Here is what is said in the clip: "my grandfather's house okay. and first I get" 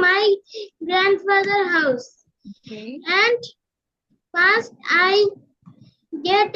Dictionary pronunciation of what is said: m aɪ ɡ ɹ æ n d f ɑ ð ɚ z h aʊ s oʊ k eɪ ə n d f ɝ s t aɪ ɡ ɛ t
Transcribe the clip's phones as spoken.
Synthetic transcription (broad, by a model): m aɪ ɡ ɹ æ n d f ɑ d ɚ h aʊ s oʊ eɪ ə n d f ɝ s t aɪ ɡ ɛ t